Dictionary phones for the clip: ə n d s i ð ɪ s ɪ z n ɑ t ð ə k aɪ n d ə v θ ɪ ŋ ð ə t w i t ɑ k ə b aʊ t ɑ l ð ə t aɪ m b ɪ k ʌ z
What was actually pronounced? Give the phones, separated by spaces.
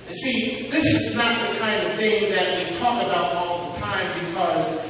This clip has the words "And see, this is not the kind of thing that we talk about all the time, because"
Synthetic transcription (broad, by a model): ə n s i ð ɪ s ɪ z n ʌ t ð ə k aɪ n d ə v θ ɪ ŋ ð ə t w i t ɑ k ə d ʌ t ɑ l ð ə t aɪ m b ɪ k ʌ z